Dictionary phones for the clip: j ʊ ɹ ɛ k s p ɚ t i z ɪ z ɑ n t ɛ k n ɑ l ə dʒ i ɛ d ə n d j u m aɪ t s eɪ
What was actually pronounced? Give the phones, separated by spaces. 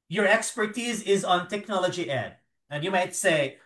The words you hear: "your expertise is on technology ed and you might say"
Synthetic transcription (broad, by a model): j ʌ ɹ ɛ k s p ɚ t i z ɪ z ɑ n t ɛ k n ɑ l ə dʒ i ɛ d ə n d j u m aɪ t s eɪ